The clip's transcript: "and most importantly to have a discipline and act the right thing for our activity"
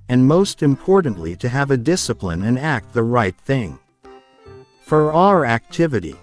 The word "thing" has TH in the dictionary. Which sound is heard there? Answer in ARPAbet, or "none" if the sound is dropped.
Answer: TH